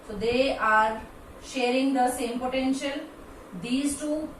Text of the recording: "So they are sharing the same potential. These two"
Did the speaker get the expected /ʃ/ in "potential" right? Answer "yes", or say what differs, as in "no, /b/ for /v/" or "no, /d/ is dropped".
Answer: yes